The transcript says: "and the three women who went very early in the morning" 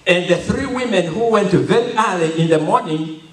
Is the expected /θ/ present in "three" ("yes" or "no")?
yes